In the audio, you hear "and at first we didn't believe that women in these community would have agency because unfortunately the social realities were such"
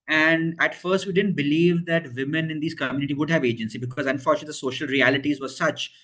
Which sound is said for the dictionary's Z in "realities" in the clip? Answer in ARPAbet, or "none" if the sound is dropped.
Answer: Z